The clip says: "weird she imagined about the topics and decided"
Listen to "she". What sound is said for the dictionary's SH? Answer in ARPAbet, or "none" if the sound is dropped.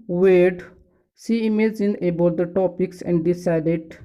S